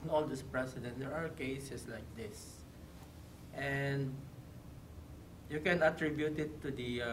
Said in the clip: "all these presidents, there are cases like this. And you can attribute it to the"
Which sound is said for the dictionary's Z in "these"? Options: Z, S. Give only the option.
S